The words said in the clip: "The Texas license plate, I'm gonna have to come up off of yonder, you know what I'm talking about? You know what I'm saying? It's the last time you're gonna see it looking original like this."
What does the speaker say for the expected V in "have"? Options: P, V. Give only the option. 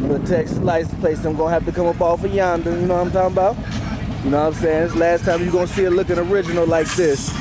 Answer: P